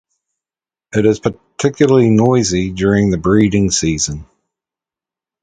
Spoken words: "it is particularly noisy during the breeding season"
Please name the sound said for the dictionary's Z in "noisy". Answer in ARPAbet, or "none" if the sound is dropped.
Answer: Z